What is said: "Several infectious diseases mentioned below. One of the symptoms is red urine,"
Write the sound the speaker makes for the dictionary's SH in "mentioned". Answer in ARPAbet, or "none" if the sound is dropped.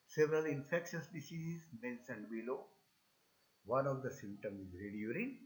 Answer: S